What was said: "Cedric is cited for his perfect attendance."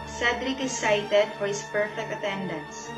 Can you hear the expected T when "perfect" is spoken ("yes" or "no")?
yes